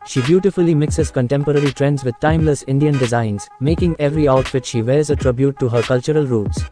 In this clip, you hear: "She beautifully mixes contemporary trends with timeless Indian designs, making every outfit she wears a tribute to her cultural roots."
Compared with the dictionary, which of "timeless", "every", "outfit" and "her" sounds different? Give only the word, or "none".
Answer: none